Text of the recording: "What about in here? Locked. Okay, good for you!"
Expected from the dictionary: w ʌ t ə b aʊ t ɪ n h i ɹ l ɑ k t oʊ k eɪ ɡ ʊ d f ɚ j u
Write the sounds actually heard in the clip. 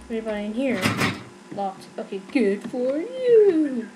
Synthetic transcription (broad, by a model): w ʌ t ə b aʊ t ɪ n h i ɹ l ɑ t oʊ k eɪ ɡ ʊ d f ɚ j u